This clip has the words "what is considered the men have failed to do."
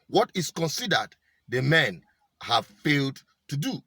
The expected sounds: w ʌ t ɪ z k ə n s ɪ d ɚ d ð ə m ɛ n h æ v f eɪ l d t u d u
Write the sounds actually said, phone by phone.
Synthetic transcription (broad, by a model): w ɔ t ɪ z k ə n s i d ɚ d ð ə m ɛ n h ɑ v f eɪ l d t u d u